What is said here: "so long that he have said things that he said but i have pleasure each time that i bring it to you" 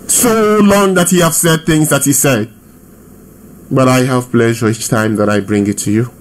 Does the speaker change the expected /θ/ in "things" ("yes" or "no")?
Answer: no